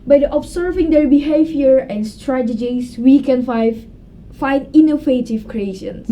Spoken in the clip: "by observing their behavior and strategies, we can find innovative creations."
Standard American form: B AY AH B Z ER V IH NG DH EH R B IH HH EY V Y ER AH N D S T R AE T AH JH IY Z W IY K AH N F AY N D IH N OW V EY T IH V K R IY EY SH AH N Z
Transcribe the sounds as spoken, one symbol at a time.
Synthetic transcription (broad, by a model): B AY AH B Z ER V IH NG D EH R B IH HH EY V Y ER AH N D S T R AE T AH JH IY S W IY K AH N F AY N IH N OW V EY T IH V K R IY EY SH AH N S